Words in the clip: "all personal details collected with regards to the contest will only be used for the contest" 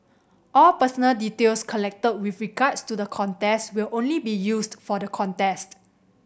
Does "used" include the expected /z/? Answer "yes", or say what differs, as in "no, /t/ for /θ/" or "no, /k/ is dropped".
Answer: no, /s/ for /z/